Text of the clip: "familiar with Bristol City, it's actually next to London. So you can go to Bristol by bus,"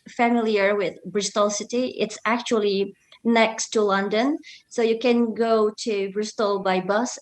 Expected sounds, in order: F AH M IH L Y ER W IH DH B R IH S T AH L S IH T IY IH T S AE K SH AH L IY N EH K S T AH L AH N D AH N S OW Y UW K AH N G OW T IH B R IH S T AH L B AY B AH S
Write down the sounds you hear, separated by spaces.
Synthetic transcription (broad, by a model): F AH M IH L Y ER W IH DH B R IH S T AH L S IH T IY IH T S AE K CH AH L IY N EH K S T AH L AH N D AH N S OW Y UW K AH N G OW T IH B R IH S T AH L B AY B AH S